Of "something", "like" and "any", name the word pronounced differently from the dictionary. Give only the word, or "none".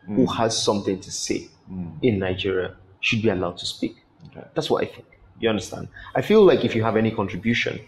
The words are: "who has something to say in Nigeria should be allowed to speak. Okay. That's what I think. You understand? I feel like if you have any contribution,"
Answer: none